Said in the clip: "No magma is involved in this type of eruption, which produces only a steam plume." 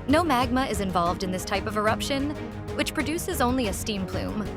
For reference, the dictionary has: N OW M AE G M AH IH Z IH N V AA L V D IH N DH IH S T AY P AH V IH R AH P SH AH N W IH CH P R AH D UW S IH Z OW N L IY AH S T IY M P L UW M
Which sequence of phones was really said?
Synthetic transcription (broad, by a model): N OW M AE G M AH IH Z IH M V AA L V D IH N DH IH S T AY P AH V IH R AH P SH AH N W IH CH P R AH D UW S IH Z OW N L IY AH S T IY M P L UW M